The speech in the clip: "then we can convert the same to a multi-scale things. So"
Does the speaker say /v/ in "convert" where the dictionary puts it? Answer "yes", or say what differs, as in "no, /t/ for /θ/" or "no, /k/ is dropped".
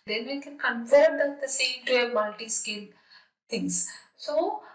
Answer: no, /f/ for /v/